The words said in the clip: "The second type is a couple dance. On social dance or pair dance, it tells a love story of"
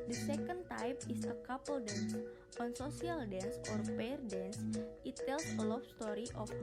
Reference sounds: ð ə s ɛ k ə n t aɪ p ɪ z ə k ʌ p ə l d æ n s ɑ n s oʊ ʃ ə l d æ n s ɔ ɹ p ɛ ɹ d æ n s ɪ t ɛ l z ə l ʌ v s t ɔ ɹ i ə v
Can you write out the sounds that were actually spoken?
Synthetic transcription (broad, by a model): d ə s ɛ k ə n t aɪ p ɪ s ə k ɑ p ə l d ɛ n s ɑ n s oʊ s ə l d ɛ n s ɔ ɹ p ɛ ɹ d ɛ n s ɪ t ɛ l s ə l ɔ f s t ɔ ɹ i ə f